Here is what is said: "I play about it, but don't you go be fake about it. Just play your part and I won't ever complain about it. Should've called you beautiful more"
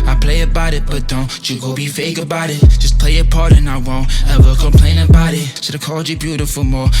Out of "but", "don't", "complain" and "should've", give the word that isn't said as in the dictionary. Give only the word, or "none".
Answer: should've